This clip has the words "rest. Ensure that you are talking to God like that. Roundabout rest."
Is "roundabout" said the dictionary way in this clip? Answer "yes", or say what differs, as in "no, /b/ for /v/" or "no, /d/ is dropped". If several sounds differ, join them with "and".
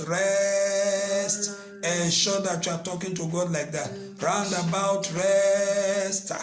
yes